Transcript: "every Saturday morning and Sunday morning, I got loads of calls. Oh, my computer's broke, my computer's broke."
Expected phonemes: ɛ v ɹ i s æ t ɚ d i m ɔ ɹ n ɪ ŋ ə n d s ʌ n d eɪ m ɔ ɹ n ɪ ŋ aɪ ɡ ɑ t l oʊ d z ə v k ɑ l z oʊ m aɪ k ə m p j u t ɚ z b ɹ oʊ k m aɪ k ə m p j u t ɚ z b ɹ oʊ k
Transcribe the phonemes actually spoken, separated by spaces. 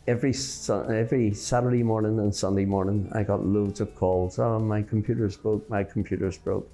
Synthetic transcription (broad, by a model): ɛ v ɹ i s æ t ɚ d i m ɔ ɹ n ɪ ŋ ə n s ʌ n d eɪ m ɔ ɹ n ɪ ŋ aɪ ɡ ɑ t l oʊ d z ə v k ɑ l z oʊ m aɪ k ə m p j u t ɚ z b oʊ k m aɪ k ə m p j u t ɚ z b ɹ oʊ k